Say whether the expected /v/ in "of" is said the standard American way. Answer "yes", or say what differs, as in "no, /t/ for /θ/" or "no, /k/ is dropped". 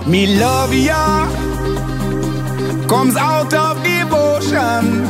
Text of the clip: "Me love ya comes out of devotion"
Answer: no, /f/ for /v/